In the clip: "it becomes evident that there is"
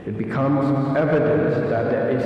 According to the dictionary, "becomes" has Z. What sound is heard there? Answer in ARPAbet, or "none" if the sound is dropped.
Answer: Z